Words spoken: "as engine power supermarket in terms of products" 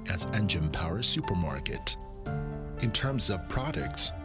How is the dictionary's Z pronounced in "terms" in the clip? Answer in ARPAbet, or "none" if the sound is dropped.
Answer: Z